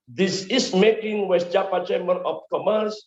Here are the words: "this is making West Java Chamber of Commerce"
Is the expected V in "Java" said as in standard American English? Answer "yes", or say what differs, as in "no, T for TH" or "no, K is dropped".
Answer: no, P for V